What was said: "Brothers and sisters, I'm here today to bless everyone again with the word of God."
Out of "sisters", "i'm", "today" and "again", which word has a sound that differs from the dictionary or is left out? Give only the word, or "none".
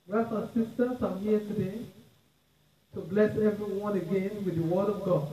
sisters